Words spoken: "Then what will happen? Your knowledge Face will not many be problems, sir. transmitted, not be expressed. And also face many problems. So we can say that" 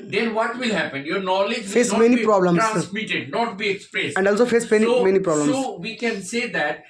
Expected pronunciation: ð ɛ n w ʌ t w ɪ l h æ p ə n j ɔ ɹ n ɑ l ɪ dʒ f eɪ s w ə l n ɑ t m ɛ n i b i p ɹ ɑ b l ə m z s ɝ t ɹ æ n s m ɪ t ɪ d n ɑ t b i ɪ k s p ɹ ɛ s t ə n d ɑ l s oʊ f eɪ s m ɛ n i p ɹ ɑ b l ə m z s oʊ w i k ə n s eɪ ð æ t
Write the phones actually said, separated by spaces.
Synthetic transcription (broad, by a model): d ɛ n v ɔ t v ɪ l h æ p ə n j ɔ ɹ n ɑ l ɪ dʒ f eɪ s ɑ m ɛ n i i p ɹ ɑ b l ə m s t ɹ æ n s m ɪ t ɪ d n ɑ t b i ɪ k s p ɹ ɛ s ə n d ɑ l s oʊ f eɪ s m ɛ n i p ɹ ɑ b l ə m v i k ə n s eɪ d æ t